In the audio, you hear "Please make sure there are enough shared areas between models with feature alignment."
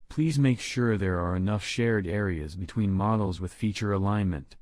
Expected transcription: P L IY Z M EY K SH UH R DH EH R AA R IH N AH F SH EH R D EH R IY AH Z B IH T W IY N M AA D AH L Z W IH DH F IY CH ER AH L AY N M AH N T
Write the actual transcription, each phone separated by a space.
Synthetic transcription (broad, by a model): P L IY Z M EY K SH UH R DH EH R AA R IH N AH F SH EH R D EH R IY AH Z B IH T W IY N M AA D L Z W IH DH F IY CH ER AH L AY N M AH N T